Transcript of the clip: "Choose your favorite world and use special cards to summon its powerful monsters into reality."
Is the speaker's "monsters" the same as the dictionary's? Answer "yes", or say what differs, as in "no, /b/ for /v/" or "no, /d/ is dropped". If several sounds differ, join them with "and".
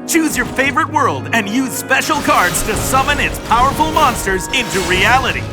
yes